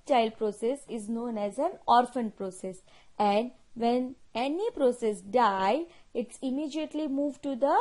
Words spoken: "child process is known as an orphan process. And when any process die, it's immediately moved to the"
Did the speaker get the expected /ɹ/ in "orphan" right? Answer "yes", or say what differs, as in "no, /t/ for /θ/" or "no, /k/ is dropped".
yes